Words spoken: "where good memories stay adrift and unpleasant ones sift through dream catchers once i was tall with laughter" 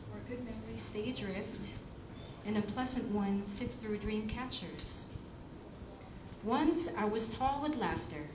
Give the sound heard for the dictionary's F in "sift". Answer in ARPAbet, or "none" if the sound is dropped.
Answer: none